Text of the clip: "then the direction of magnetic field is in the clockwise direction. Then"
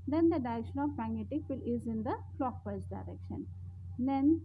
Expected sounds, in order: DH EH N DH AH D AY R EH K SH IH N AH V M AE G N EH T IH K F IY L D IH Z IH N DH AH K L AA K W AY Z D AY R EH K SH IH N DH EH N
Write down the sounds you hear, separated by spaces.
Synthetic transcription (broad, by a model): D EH N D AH D AY R EH K SH IH N AH V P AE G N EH T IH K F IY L IH Z IH N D AH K L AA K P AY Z D AY R EH K SH IH N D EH N